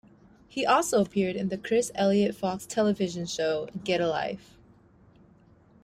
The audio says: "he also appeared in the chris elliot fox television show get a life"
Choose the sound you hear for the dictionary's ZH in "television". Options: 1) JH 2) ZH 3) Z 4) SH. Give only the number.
2